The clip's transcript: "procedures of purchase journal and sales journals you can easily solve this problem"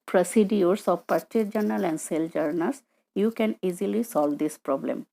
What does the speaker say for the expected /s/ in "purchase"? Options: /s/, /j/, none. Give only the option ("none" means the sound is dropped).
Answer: none